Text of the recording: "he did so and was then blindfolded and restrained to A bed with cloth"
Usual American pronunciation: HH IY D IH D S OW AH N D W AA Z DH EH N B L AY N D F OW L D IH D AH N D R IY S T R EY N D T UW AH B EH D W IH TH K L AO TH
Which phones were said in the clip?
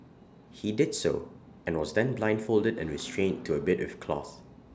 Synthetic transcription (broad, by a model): HH IY D IH D S OW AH N W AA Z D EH N B L AY N D F OW L D IH D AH N R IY S T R EY N T UW AH B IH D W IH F K L AO TH